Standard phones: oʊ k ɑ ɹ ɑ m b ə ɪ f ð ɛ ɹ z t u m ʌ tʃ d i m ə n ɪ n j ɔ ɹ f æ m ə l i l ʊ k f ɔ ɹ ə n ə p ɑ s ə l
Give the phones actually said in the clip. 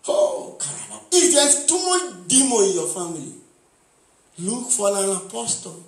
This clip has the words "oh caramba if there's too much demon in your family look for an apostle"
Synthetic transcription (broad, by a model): oʊ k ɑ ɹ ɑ b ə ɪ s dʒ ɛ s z t u m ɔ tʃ d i m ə ɪ n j ɔ f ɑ m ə l i l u k f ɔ l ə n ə p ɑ s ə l